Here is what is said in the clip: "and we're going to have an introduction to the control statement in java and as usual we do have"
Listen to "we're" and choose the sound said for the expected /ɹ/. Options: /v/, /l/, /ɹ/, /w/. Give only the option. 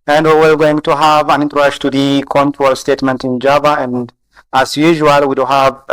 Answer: /l/